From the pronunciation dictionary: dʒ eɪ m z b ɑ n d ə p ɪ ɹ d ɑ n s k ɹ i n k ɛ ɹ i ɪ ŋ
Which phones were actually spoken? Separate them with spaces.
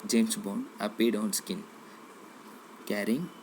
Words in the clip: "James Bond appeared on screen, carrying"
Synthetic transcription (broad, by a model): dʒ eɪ m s b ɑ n ə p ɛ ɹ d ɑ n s k i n k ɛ ɹ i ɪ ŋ